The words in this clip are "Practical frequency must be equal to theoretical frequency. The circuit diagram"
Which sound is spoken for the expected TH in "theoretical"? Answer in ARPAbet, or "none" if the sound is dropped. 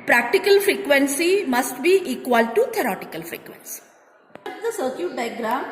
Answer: T